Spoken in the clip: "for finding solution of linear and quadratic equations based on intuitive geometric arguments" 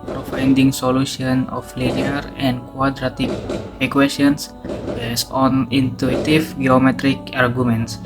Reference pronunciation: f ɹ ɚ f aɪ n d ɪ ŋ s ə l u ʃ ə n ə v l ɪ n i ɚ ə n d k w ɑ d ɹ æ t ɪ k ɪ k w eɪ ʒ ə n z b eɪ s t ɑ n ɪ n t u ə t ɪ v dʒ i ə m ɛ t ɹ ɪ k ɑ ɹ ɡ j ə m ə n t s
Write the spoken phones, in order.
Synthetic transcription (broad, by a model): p ɹ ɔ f aɪ n d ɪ ŋ s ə l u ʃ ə n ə f l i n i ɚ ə n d k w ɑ d ɹ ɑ t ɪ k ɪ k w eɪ s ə n s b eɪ s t ɑ n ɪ n t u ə t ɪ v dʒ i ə m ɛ t ɹ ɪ k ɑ ɹ ɡ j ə m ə n t s